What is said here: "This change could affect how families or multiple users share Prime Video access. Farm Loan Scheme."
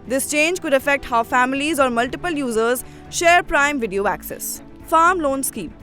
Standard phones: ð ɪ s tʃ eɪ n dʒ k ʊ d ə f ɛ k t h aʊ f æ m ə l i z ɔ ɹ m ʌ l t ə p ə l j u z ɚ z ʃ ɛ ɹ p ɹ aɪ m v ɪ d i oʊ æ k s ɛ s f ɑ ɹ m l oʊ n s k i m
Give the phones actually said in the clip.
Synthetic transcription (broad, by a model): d ɪ s tʃ eɪ n dʒ k ʊ d ə f ɛ k t h aʊ f æ m ə l i z ɔ ɹ m ʌ l t ə p ə l j u z ɚ z ʃ ɛ ɹ p ɹ aɪ m v ɪ d i oʊ æ k s ɛ s f ɑ ɹ m l oʊ n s k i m